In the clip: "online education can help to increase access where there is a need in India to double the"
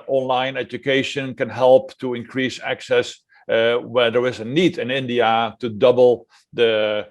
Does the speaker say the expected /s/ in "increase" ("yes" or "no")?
yes